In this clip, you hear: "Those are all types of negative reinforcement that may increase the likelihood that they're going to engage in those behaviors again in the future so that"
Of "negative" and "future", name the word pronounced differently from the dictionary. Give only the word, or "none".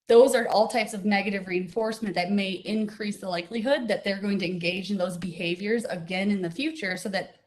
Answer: none